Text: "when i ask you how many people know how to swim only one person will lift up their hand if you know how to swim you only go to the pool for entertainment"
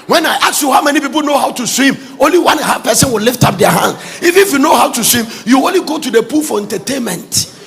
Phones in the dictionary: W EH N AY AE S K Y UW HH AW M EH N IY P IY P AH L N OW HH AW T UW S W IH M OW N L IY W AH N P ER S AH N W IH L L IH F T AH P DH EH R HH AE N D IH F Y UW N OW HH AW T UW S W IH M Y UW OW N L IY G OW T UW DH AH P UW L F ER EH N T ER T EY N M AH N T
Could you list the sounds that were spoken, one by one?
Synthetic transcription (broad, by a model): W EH N AY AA K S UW HH AW M EH N IY P IY P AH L N OW HH AW T UW S W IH M OW N L IY W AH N P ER S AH N W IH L L IH F T AH P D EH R HH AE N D IH F Y UW N OW HH AW T UW S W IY M Y UW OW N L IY G OW T UW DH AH P UW L F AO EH N T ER T EY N M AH N T